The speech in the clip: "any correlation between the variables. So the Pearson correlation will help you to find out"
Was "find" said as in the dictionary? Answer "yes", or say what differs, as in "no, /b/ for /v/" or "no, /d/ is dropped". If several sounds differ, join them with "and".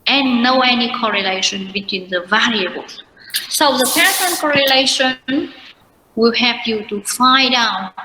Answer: no, /n/ is dropped